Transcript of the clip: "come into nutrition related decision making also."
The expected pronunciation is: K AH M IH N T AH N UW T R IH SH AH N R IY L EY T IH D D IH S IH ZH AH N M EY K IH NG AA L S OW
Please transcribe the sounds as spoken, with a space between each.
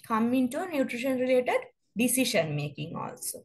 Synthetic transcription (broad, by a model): K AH M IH N T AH N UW T R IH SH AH N R IY L EY T IH D D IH S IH SH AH N M EY K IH NG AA L S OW